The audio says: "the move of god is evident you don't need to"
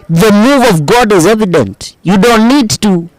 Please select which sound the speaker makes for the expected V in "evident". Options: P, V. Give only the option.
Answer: V